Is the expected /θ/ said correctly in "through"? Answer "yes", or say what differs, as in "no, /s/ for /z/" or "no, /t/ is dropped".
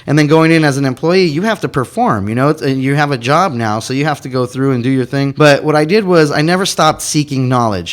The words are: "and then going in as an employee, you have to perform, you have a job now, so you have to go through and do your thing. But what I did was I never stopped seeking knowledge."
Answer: yes